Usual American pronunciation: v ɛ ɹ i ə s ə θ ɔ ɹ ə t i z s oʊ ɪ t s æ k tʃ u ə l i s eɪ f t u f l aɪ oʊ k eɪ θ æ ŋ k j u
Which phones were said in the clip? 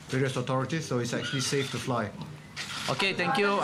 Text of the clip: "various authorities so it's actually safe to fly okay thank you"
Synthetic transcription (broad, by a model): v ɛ ɹ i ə s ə t ɔ ɹ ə t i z s oʊ ɪ t s æ k tʃ u ə l i s eɪ f t u f l aɪ oʊ k eɪ t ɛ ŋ k j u